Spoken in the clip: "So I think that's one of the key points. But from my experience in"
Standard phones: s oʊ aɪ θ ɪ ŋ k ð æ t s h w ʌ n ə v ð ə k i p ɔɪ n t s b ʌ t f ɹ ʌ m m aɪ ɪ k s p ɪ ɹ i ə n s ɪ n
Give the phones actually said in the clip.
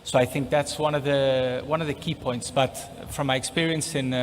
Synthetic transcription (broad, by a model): s oʊ aɪ θ ɪ ŋ k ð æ t s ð w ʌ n ə v ð ə k i p ɔɪ n t s b ʌ t f ɹ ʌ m m aɪ ɪ k s p ɪ ɹ i ə n s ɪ n